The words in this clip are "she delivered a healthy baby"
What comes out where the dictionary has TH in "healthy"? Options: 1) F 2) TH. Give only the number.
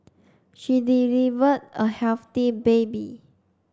1